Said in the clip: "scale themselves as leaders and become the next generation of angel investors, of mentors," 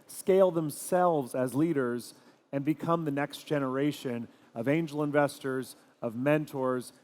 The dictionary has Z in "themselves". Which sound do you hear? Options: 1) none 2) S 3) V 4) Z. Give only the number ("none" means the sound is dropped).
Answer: 4